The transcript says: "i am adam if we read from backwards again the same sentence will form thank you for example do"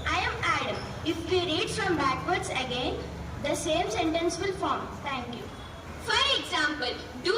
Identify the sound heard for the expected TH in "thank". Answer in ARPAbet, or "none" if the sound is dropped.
T